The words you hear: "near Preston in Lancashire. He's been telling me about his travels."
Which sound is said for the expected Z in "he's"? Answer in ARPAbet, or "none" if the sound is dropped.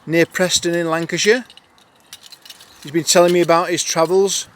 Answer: Z